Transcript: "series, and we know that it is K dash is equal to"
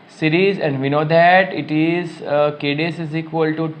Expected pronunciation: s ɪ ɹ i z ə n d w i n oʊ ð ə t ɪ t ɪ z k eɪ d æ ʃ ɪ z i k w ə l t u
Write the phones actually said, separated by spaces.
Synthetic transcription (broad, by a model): s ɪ ɹ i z ə n d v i n oʊ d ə t ɪ t ɪ z k eɪ d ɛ s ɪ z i k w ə l t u